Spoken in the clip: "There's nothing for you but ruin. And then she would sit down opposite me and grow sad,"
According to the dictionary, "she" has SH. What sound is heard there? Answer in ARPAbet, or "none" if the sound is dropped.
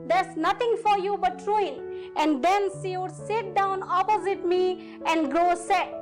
S